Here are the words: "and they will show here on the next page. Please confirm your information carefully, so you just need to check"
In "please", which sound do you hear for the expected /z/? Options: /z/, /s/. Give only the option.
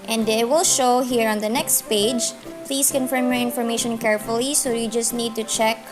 /s/